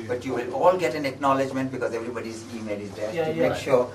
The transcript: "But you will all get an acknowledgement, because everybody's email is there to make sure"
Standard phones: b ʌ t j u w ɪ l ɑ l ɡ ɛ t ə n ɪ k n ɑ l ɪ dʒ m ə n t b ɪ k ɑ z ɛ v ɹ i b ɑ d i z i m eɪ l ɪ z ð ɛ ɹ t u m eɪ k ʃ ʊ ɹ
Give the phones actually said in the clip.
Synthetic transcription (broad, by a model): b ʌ t j u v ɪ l ɑ l ɡ ɛ t ə n ɪ k n ɑ l ɪ dʒ m ə n t b ɪ k ɑ z ɛ v ɹ i b ɑ d i z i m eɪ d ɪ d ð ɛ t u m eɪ k ʃ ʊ ɹ